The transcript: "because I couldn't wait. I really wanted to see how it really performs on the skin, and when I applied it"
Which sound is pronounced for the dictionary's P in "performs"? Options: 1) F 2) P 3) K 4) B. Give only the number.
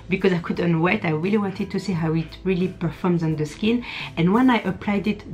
2